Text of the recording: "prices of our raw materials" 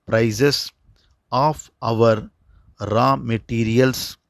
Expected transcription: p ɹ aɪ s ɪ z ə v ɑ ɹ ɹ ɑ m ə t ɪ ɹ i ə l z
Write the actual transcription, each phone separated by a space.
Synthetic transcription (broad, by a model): p ɹ aɪ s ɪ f ə v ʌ ɹ ɹ ɑ m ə t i ɹ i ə l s